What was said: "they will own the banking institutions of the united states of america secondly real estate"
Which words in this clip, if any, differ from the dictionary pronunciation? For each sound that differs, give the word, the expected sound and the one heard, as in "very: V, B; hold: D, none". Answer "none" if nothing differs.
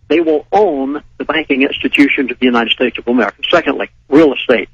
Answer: none